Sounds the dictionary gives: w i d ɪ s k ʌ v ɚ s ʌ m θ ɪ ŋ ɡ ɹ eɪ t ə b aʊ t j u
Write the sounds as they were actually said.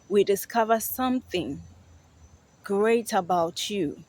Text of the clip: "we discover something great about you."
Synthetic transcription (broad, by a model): w i d ɪ s k ʌ v ɚ s ʌ m θ ɪ ŋ ɡ ɹ eɪ t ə b aʊ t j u